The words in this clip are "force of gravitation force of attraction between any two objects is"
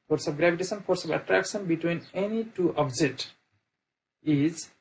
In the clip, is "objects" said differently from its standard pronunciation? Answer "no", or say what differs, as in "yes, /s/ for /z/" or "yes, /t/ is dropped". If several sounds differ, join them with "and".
yes, /s/ is dropped